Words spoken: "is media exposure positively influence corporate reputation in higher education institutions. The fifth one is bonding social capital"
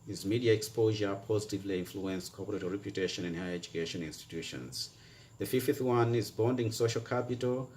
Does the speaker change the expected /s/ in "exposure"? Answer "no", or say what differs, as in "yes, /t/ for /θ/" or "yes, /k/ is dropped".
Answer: no